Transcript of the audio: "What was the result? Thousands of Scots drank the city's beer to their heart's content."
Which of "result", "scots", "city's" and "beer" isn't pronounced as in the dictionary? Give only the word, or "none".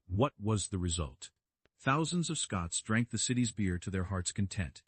none